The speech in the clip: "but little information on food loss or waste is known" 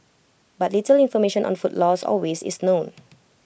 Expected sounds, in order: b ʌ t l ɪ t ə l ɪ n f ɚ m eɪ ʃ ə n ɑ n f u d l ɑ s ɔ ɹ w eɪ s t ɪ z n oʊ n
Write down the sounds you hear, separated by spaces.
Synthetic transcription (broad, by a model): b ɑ t l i t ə l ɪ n f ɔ m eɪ ʃ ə n ɑ n f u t l ɑ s ɔ l w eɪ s ɪ s n oʊ n